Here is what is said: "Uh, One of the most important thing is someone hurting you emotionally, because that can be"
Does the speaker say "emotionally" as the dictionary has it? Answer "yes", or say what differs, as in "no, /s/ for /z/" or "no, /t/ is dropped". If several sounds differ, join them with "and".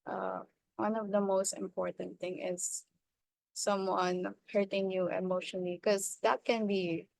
no, /n/ is dropped and /n/ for /l/